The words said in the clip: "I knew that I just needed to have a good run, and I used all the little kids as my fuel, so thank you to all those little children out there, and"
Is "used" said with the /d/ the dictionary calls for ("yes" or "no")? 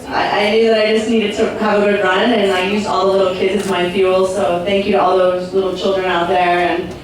no